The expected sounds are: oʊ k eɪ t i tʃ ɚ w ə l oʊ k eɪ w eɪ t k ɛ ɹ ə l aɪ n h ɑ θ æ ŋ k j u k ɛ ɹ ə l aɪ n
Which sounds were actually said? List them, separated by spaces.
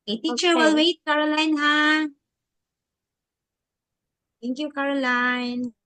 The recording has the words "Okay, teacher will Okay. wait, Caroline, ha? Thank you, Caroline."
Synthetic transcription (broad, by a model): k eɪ t i tʃ ɚ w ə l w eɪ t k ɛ ɹ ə l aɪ n h ɑ t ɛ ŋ k j u k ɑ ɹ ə l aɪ n